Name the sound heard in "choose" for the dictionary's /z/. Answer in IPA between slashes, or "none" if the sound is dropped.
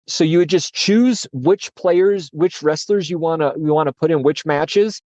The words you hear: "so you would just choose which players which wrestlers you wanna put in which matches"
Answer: /z/